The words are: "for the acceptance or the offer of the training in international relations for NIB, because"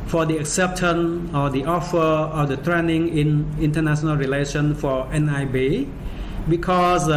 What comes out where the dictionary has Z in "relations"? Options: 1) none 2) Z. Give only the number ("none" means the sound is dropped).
1